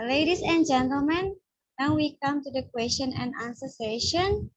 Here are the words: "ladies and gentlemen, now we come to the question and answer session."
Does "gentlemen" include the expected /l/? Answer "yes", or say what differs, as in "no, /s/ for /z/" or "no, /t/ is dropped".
yes